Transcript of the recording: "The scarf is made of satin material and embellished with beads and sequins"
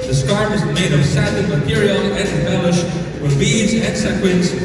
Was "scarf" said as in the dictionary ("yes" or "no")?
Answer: no